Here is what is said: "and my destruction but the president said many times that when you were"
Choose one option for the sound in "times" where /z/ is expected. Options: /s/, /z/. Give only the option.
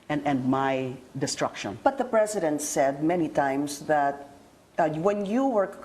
/s/